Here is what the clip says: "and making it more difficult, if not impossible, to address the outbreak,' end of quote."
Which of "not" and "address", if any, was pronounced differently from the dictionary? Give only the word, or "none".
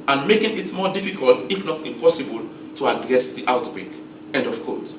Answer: none